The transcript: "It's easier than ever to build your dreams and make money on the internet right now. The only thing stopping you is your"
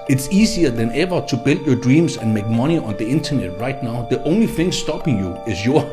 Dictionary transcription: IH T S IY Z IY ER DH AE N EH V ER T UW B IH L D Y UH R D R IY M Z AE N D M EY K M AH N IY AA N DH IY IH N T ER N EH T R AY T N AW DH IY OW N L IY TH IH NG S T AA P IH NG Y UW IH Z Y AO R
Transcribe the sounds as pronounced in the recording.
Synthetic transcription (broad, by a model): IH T S IY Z IY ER DH AE N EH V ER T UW B IH L D Y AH D R IY M S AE N M EY K M AH N IY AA N DH IY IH N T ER N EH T R AY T N AW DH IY OW N L IY TH IH NG S T AA P IH NG Y UW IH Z Y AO